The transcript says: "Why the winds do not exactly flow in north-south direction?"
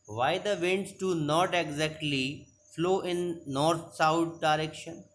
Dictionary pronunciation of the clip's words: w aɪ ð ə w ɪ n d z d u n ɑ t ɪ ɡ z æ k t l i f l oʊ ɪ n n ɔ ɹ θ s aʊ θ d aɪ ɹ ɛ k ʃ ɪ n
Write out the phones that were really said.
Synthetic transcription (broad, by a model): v aɪ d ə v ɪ n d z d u n ɑ t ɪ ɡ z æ k t l i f l oʊ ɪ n n ɔ ɹ t s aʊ t d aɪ ɹ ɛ k ʃ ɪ n